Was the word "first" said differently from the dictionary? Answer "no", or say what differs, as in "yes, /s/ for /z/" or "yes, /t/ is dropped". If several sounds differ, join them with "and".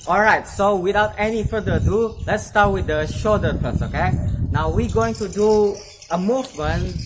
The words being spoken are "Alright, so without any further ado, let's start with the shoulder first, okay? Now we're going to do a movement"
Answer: yes, /t/ is dropped